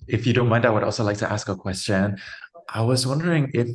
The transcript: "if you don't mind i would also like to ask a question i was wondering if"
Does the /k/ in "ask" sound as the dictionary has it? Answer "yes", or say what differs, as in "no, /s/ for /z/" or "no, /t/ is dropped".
yes